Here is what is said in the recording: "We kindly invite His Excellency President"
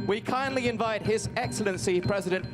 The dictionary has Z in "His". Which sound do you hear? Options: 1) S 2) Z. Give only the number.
2